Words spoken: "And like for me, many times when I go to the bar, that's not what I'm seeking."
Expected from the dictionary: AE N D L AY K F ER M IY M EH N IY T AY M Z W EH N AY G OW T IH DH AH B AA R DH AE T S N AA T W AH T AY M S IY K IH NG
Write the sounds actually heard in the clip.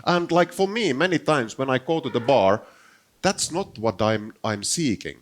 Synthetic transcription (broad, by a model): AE N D L AY K F ER M IY M EH N IY T AY M S W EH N AY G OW T IH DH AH B AA R DH AE T S N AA T W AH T AY M S IY K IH NG